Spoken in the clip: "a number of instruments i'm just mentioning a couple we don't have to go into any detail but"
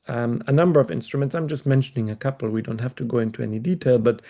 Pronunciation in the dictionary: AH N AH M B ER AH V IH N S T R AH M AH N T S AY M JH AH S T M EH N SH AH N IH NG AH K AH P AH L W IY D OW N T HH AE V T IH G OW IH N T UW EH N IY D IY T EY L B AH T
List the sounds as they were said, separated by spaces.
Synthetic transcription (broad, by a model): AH N AH M B ER AH V IH N S T R AH M AH N T S AY M JH AH S T M EH N SH AH N IH NG AH K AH P L W IY D OW N T HH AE F T IH G OW IH N T UW EH N IY D IY T EY L B AH T